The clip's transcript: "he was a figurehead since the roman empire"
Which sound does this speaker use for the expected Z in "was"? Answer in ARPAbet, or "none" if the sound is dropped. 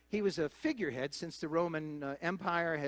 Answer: Z